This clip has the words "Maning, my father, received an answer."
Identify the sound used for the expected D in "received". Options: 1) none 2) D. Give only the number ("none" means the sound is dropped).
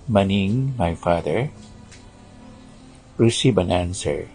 1